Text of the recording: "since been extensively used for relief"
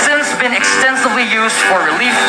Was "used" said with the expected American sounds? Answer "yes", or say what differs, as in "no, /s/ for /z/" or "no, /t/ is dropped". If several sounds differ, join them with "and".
yes